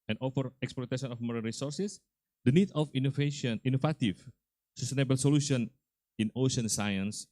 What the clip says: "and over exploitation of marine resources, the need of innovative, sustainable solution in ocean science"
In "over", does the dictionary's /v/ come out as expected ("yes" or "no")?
no